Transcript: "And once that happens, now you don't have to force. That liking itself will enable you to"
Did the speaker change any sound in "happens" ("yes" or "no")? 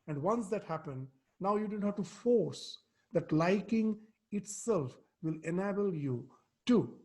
yes